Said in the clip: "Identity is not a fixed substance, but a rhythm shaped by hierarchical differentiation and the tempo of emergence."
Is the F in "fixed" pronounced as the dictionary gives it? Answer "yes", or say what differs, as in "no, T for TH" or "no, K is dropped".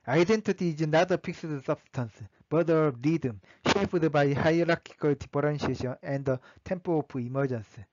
no, P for F